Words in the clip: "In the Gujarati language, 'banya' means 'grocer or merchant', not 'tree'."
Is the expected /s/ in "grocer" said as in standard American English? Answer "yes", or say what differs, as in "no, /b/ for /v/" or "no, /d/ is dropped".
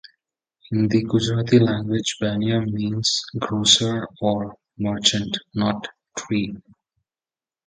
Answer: yes